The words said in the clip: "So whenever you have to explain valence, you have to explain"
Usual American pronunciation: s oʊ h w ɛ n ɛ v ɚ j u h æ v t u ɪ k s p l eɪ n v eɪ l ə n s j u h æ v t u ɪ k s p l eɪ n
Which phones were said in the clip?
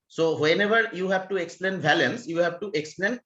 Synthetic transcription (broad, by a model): s oʊ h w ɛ n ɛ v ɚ j u h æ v t u ɪ k s p l eɪ n b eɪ l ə n s j u h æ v t u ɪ k s p l eɪ n